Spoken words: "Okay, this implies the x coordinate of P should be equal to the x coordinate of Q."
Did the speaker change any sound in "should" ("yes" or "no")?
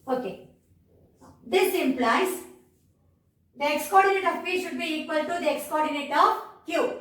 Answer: no